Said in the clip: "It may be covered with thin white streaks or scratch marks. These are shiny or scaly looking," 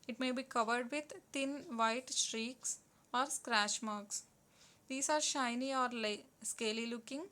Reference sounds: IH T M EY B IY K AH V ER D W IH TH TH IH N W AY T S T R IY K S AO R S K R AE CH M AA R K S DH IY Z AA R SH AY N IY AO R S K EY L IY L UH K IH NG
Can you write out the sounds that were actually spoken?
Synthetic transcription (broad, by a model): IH T M EY B IY K AH V ER D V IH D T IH N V AY T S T R IY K S AO R S K R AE SH M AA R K S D IY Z AA R SH AY N IY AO R S K EY L IY L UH K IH NG